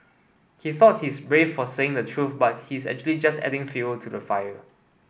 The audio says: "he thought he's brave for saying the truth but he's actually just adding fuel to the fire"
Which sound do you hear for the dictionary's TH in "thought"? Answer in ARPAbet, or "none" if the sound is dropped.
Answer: TH